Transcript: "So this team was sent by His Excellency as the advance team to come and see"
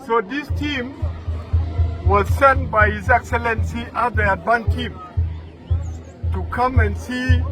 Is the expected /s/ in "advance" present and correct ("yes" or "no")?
no